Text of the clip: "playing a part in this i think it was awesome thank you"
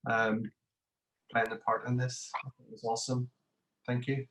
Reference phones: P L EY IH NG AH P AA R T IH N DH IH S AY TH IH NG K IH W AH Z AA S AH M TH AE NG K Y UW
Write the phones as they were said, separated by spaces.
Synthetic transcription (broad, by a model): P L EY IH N AH P AA R T IH N DH IH S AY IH IH W AH Z AA S AH M TH AE NG K Y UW